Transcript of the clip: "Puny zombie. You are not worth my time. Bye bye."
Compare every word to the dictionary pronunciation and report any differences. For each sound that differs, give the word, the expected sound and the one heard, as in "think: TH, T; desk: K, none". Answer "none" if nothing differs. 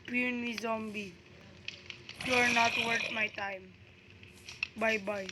worth: TH, T